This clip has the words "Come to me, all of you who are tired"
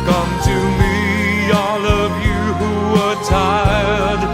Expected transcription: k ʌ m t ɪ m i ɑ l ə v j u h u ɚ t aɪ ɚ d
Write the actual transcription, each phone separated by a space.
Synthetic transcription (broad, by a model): k ʌ m t ɪ m i ɑ l ə v j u h u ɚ t aɪ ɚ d